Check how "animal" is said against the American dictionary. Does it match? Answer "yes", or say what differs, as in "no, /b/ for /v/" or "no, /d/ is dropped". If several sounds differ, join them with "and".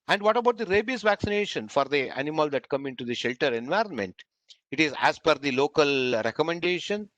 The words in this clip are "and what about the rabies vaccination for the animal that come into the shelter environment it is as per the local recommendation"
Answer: yes